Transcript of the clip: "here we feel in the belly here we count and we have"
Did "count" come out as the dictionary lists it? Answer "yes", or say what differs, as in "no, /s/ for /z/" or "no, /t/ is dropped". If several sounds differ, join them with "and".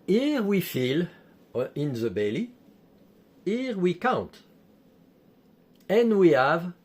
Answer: yes